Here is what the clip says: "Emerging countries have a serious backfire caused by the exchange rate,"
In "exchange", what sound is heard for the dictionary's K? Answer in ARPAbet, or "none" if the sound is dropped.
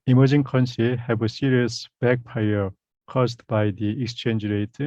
K